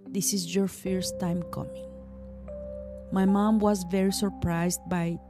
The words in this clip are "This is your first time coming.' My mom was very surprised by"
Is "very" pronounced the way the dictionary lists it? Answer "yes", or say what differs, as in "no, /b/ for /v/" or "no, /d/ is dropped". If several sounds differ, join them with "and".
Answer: yes